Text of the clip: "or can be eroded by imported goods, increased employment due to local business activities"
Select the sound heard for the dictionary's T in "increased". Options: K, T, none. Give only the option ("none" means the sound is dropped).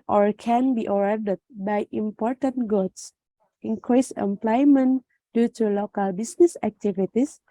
none